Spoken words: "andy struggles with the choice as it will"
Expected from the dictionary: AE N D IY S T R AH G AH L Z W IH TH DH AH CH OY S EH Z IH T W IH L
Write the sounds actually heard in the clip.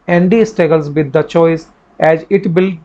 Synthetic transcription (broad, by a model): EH N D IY S T AH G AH L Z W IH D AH CH OY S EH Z IH T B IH L